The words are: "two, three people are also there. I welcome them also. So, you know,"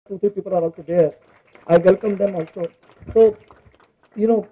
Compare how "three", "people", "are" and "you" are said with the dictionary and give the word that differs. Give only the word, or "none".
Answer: three